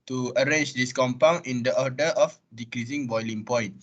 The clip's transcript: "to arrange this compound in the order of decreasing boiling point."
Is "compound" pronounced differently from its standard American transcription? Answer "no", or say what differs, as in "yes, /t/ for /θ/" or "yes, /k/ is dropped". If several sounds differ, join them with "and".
yes, /d/ is dropped